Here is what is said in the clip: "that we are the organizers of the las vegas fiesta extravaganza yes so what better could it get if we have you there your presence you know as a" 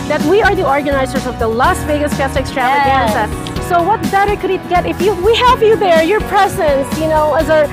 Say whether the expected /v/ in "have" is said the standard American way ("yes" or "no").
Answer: yes